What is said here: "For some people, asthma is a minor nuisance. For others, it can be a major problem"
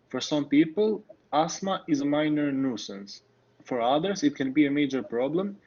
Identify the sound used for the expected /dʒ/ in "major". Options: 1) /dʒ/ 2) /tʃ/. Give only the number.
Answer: 1